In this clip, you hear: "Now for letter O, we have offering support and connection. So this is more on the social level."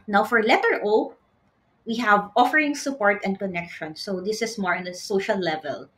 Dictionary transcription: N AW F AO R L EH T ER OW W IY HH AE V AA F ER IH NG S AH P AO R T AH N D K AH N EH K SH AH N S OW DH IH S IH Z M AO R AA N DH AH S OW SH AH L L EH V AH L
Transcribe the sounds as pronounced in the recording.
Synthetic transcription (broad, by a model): N AW F AO R L EH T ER OW W IY HH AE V AA F ER IH NG S AH P AO R T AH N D K AH N EH K SH AH N S OW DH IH S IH S M AO R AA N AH S OW SH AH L L EH V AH L